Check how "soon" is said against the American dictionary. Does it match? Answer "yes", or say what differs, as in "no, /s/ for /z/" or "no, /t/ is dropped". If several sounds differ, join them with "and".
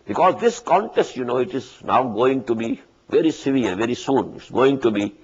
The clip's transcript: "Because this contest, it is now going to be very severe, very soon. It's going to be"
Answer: yes